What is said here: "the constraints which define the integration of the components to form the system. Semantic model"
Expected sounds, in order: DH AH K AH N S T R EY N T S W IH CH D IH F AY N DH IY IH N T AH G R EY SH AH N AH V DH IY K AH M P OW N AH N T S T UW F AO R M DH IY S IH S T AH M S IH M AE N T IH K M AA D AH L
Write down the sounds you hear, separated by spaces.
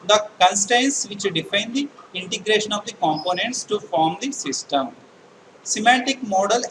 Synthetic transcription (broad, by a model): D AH K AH N S T EY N S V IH CH D IH F AY N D IY IH N T AH G R EY SH AH N AH V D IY K AH M P OW N AH N T S T UW F AO R M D IY S IH S T AH M S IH M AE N T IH K M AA D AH L